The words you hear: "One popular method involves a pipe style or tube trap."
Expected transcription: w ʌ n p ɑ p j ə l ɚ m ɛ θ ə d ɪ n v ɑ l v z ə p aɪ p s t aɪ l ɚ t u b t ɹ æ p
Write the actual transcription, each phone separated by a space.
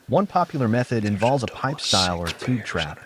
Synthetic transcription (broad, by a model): w ʌ n p ɑ p j l ɚ m ɛ θ ə d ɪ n v ɑ l v z ə p aɪ p s t aɪ l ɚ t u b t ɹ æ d